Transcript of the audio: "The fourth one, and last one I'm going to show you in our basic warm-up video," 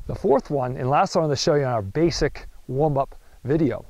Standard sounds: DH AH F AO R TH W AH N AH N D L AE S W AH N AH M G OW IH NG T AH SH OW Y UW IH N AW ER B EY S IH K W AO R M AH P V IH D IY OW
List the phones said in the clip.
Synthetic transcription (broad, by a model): DH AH F AO R TH W AH N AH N L AE S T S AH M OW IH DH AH SH OW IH IH N AW ER B EY S IH K W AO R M AH P V IH D IY OW